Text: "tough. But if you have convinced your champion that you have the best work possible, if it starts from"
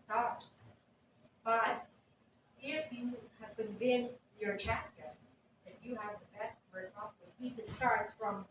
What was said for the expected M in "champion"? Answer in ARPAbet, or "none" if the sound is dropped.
none